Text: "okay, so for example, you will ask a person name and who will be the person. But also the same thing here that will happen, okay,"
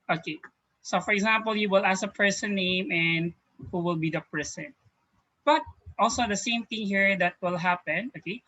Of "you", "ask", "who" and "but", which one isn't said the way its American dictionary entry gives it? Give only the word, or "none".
ask